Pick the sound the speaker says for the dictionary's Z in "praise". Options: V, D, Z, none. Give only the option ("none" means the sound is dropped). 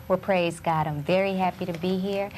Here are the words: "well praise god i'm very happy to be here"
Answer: Z